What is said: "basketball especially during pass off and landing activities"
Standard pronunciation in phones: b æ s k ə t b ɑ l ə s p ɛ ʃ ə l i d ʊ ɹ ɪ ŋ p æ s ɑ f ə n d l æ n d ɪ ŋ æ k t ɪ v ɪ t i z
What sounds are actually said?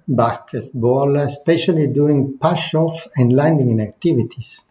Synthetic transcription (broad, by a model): b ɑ s k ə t b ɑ l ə s p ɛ ʃ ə l i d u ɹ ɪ ŋ p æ ʃ ɑ f ə n d l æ n d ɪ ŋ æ k t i v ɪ t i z